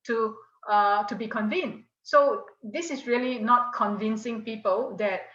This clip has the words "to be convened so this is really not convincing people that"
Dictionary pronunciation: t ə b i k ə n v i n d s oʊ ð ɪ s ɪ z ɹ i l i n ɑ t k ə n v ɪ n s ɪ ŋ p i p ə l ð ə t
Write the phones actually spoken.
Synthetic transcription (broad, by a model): t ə b i k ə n v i n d s oʊ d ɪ s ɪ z ɹ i l i n ɑ t k ə n v ɪ n s ɪ ŋ p i p ə l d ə t